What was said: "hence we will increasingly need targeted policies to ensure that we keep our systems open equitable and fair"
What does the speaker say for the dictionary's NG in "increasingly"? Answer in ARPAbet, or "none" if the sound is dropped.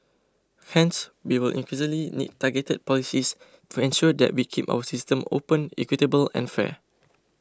none